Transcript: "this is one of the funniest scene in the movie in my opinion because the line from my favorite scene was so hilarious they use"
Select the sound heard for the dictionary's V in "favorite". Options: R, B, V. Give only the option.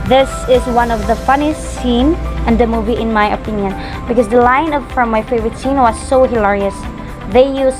V